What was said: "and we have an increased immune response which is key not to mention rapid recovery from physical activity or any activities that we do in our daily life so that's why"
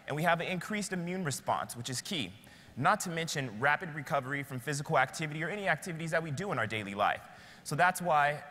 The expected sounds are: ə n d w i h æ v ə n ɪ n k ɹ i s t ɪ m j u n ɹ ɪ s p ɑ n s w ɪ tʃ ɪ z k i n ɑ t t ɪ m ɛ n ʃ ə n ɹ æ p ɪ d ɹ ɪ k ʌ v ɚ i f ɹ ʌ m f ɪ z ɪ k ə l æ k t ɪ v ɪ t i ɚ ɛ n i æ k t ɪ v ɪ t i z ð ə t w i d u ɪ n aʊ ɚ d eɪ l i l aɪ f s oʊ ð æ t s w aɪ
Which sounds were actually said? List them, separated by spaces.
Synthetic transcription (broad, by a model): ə n w i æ v ə n ɪ n k ɹ i s t ɪ m j u n ɹ ɪ s p ɑ n s w ɪ tʃ ɪ z k i n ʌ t t ɪ m ɛ n ʃ ə n ɹ æ p ɪ d ɹ ɪ k ʌ v ɚ i f ɹ ʌ m f ɪ z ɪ k l æ k t ɪ v ɪ t i ɚ ɛ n i æ k t ɪ v ɪ t i z ð ə t w i d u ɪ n aʊ ɚ d eɪ l i l aɪ f s oʊ ð æ t s w aɪ